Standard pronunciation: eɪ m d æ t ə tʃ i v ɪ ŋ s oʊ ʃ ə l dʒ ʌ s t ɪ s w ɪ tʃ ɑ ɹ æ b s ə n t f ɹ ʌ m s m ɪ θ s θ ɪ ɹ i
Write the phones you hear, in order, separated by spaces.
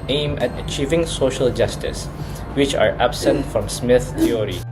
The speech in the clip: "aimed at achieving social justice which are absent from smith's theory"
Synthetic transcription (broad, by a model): eɪ m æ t ə tʃ i v ɪ ŋ s oʊ ʃ ə l dʒ ʌ s t ɪ s w ɪ tʃ ɑ ɹ æ b s ə n t f ɹ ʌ m s m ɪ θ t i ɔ ɹ i